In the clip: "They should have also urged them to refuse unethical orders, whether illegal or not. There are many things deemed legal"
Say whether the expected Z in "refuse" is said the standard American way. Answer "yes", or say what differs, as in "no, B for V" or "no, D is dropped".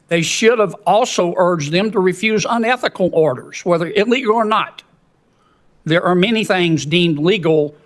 yes